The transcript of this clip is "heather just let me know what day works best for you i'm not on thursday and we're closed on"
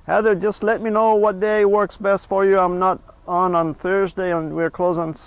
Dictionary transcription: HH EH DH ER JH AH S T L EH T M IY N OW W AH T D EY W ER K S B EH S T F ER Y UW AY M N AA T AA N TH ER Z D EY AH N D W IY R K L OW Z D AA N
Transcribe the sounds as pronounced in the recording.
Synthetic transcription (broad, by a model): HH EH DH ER JH AH S T L EH T M IY N OW W AH T D EY W ER K S B EH S T F ER Y UW AY M N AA T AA N TH ER Z D EY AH N W IY R K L OW Z IH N